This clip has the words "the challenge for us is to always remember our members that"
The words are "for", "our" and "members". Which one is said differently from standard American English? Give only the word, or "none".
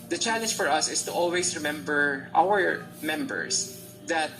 members